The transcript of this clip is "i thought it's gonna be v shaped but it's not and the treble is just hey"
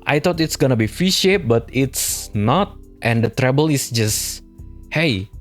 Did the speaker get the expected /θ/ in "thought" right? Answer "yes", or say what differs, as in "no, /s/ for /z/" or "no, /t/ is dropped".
no, /t/ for /θ/